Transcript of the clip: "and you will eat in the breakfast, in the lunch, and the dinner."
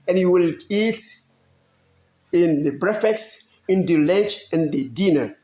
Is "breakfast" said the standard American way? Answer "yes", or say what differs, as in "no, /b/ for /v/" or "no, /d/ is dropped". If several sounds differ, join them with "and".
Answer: no, /k/ is dropped